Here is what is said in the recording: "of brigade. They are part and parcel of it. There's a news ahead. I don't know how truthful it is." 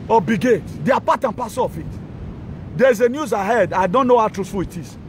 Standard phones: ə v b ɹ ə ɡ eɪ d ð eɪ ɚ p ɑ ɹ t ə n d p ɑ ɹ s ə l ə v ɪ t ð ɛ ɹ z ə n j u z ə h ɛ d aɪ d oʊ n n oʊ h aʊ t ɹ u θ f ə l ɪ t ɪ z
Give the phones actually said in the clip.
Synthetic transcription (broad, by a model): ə b ə ɡ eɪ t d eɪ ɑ p ɑ t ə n p ɑ s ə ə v ɪ t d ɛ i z ə n j u z ə h ɛ d aɪ d oʊ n n oʊ h aʊ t ɹ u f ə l ɪ t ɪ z